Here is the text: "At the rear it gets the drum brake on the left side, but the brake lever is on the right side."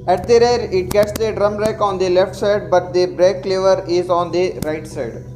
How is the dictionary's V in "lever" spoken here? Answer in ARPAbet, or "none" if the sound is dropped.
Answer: V